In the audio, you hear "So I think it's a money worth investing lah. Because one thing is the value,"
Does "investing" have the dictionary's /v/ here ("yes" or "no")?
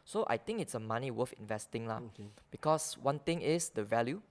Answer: yes